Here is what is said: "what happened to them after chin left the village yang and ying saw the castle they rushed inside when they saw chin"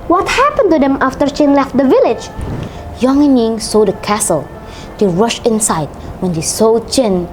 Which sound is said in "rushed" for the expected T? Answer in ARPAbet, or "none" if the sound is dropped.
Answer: none